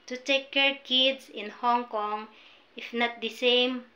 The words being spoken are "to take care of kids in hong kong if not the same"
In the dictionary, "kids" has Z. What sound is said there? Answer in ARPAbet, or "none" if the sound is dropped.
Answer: S